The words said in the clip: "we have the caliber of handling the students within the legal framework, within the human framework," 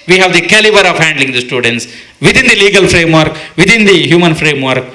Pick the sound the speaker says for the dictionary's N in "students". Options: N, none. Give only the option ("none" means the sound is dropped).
N